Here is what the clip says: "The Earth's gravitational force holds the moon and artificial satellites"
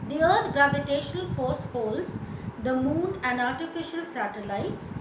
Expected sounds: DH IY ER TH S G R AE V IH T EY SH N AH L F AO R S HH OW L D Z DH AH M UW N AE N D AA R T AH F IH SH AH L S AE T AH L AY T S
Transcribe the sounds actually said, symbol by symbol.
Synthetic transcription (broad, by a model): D IY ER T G R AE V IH T EY SH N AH L F AO R S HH OW L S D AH M UW N AE N D AA R T AH F IH SH AH L S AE T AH L AY T S